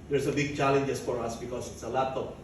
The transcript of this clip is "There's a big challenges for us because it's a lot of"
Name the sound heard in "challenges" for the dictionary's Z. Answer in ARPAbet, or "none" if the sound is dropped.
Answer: S